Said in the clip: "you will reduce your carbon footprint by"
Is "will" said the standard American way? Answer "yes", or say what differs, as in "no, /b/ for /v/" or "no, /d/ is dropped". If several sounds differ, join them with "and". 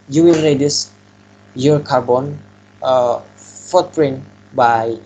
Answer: no, /n/ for /l/